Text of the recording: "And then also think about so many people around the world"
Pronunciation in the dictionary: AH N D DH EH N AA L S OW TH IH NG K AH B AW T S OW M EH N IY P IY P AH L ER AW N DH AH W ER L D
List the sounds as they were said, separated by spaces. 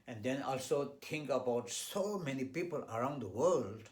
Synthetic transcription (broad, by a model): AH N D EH N AA L S OW T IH NG K AH B AW T S OW M EH N IY P IY P AH L ER AW N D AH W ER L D